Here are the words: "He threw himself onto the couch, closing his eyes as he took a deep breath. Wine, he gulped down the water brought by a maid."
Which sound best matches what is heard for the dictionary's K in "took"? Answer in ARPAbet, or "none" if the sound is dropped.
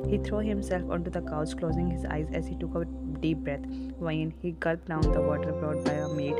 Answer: K